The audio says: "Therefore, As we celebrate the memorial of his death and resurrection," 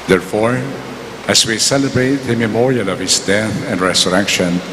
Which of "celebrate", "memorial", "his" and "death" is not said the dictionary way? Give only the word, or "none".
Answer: his